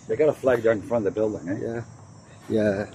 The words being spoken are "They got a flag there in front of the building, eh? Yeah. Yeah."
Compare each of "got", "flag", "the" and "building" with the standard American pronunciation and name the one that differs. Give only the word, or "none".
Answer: none